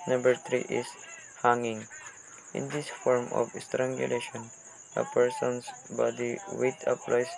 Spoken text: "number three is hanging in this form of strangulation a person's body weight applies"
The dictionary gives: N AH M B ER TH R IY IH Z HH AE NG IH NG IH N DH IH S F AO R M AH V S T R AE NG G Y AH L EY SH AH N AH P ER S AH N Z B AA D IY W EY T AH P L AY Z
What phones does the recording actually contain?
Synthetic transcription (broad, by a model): N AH M B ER T R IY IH S HH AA NG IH NG IH N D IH S F AO R M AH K S T R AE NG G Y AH L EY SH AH N AH P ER S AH N S B AA D IY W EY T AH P L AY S